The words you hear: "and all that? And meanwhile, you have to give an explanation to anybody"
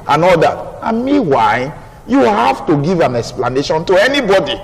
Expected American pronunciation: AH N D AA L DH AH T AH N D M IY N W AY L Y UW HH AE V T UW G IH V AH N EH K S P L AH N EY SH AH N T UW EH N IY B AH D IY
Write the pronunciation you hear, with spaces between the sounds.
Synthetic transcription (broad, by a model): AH N AA L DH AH T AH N M IY W AY Y UW HH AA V T UW G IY V AH N EH K S P L AH N EY SH AH N T UW EH N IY B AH D IY